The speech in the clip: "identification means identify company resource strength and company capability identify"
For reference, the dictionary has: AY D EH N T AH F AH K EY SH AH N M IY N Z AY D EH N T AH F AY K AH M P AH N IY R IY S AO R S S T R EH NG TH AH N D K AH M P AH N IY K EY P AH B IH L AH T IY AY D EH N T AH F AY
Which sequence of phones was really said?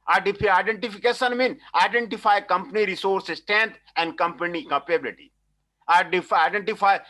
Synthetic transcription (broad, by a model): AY D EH N T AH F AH K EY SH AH N M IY N AY D EH N T AH F AY K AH M P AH N IY R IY S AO R S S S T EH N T AH N D K AH M P AH N IY K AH P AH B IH L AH T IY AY D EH N T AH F AY